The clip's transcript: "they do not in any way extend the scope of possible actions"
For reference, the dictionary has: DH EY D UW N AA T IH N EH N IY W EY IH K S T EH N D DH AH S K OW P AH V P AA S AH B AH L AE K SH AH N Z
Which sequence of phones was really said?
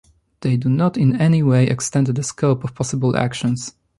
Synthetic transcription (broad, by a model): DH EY D UW N AA T IH N EH N IY W EY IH K S T EH N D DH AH S K OW P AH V P AA S AH B AH L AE K SH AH N S